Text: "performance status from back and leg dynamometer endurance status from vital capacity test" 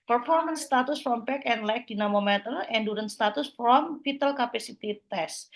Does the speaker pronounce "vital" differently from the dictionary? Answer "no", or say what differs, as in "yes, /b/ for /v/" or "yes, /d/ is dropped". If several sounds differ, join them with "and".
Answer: yes, /f/ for /v/